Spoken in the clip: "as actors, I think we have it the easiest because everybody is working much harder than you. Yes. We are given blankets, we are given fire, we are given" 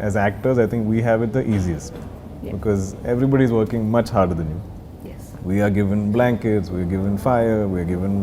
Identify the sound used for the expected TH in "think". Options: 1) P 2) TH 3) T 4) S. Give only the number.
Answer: 3